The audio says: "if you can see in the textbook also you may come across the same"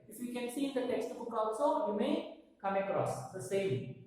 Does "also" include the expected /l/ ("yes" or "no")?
no